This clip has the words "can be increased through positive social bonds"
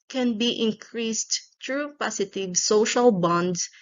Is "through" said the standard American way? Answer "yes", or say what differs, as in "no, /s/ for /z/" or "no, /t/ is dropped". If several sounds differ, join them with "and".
no, /t/ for /θ/